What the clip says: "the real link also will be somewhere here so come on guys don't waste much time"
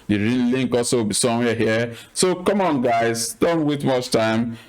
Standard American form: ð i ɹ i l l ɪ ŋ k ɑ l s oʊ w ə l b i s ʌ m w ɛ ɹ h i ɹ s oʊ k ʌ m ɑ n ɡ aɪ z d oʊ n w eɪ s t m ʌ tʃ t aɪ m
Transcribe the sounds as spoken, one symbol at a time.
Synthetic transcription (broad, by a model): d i ɹ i n l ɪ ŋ k ɑ l s oʊ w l b i s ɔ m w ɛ h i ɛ s oʊ k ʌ m ɑ n ɡ aɪ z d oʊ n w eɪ t m ʌ tʃ t aɪ m